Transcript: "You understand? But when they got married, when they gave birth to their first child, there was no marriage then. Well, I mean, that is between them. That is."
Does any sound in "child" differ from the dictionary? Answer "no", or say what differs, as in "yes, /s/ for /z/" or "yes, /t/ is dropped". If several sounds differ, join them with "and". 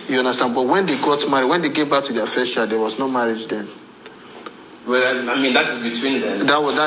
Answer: yes, /l/ is dropped